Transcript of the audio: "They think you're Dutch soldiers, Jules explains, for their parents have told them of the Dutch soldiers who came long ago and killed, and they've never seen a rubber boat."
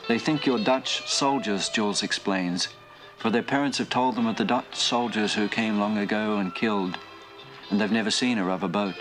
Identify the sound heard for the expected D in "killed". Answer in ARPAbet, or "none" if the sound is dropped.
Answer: D